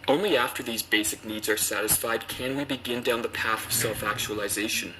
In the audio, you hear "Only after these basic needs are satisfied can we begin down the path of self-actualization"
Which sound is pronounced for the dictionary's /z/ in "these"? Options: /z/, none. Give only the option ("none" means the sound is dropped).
/z/